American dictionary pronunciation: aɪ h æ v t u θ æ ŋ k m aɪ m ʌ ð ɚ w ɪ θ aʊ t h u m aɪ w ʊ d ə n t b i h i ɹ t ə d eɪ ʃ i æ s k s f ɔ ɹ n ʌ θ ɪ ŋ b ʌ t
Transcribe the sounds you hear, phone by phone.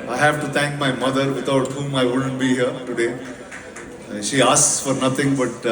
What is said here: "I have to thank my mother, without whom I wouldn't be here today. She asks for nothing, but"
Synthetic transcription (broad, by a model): aɪ h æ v t u t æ ŋ k m aɪ m ʌ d ɚ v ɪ t aʊ t h u m aɪ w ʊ d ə n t b i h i ɹ t ə d eɪ ʃ i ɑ s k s f ɔ ɹ n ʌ t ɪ ŋ b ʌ t